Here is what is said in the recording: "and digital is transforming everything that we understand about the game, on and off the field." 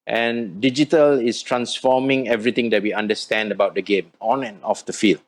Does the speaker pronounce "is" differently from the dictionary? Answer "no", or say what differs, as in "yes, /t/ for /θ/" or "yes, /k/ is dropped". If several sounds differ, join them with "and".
yes, /s/ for /z/